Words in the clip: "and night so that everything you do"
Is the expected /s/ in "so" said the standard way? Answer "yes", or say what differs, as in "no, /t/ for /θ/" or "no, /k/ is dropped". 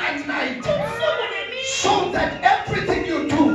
no, /ʃ/ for /s/